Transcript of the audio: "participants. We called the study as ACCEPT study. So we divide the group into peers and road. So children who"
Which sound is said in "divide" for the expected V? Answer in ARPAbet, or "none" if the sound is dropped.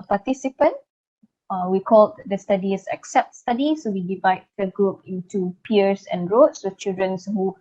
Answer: V